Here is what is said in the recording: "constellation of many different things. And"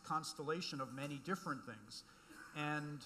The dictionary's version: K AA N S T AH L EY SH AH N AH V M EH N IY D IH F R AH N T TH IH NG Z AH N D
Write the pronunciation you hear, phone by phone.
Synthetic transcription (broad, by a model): K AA N S T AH L EY SH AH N AH V M EH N IY D IH F R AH N TH IH NG Z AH N